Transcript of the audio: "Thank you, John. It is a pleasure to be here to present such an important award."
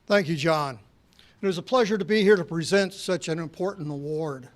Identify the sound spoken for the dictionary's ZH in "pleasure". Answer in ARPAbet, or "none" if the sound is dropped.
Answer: ZH